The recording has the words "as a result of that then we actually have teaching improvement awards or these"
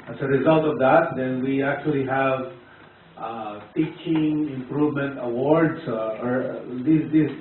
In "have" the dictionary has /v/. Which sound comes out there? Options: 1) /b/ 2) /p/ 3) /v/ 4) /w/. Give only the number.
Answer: 3